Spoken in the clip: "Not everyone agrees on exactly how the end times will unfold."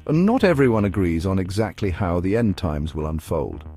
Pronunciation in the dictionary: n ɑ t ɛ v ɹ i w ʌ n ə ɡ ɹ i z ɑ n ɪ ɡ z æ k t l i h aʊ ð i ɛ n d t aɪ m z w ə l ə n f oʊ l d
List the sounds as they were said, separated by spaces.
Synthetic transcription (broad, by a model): n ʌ t ɛ v ɹ i w ʌ n ə ɡ ɹ i z n ɪ ɡ z æ k t l i h aʊ ð i ɛ n t aɪ m z w ə l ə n f oʊ l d